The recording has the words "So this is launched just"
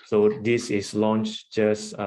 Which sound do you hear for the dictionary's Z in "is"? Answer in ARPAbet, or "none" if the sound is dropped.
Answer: S